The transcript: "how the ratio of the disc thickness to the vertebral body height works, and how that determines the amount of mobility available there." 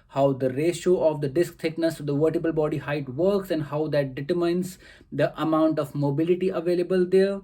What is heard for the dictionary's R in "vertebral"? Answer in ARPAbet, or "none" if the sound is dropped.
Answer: none